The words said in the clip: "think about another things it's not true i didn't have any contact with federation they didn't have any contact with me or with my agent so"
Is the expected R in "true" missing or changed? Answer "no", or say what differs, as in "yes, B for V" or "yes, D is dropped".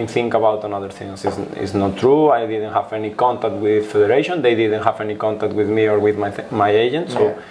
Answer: no